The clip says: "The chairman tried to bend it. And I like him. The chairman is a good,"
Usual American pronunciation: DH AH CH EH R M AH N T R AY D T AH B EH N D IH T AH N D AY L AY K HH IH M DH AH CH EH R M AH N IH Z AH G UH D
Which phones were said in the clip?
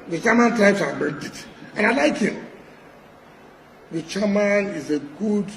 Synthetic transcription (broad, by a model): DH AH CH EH M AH N T AY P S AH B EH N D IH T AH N AY L AY K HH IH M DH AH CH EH M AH N IH Z AH G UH D